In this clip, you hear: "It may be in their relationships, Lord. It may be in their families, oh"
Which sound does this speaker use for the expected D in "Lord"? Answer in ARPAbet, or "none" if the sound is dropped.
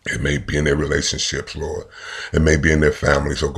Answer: none